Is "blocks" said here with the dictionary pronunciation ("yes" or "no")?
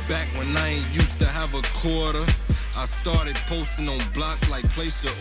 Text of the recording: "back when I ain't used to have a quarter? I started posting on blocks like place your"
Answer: yes